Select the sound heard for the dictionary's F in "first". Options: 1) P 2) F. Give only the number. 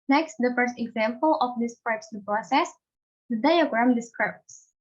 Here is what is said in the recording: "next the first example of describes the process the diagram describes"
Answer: 2